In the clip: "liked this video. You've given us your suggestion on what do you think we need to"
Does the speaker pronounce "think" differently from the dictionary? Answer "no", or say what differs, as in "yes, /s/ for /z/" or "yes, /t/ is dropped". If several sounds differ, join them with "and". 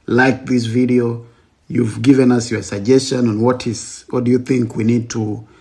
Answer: no